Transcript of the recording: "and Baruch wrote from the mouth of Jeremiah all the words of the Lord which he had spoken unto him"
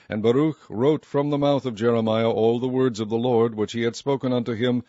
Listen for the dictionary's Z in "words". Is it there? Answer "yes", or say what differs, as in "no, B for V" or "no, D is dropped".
yes